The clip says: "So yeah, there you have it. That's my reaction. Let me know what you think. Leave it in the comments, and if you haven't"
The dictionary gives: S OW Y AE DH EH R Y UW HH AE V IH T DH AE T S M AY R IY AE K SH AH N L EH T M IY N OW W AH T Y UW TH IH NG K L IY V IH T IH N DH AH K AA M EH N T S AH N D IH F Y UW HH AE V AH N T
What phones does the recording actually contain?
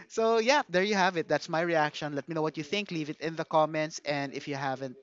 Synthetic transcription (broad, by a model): S OW Y AE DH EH R Y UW HH AE V IH T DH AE T S M AY R IY AE K SH AH N L EH T M IY N OW W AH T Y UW TH IH NG K L IY V IH T IH N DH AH K AA M EH N T S AH N D IH F Y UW HH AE V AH N T